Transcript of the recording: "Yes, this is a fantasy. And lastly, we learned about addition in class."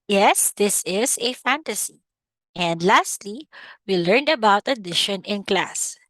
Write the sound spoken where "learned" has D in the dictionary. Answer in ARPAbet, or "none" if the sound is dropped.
D